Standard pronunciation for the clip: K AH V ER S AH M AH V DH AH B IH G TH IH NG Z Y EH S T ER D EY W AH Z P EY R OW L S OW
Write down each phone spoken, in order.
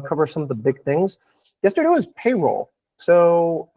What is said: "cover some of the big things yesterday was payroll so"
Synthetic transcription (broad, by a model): K AH V ER S AH M AH V DH AH B IH G TH IH NG Z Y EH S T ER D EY W AH Z P EY R OW L S OW